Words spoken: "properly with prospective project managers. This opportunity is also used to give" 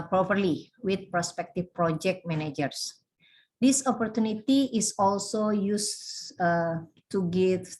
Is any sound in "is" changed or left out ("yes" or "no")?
yes